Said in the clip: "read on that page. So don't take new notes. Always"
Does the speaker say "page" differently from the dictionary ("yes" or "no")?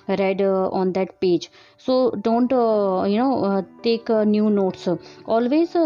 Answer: no